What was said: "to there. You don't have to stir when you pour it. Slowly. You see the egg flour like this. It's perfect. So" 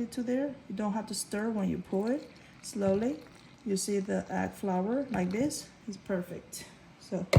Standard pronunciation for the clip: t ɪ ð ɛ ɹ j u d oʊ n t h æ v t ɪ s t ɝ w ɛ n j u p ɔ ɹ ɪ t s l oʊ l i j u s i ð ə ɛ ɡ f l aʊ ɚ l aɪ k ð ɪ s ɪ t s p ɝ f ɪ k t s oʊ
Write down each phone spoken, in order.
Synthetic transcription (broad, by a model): t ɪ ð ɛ ɹ j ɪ d oʊ n t h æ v t ɪ s t ɝ w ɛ n j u p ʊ l ɪ t s l oʊ l i j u s i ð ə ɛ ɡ f l aʊ ɚ l aɪ k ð ɪ s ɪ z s p ɝ f ɪ k t s oʊ